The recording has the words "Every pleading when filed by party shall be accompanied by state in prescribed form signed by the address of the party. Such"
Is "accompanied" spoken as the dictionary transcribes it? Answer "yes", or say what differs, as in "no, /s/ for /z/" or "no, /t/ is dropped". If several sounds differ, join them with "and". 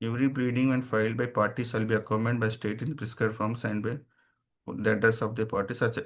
no, /p/ is dropped